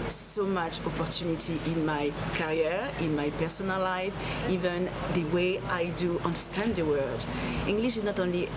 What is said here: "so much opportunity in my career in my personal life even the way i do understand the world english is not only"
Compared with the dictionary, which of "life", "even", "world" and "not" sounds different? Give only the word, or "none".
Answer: world